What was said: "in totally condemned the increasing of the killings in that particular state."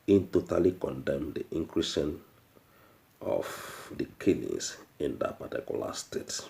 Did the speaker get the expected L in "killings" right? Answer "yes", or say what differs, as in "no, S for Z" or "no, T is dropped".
no, N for L